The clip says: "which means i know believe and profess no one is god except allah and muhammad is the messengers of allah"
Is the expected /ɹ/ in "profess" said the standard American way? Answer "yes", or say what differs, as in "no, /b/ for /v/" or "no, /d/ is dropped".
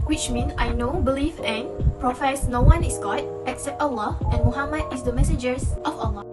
yes